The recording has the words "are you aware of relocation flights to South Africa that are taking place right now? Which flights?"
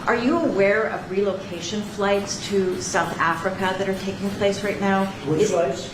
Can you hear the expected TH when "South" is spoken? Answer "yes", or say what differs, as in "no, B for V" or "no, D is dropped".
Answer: yes